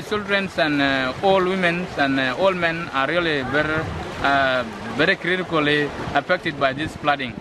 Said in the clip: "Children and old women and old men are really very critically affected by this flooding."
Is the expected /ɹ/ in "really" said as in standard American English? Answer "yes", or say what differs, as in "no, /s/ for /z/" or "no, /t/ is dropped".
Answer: no, /l/ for /ɹ/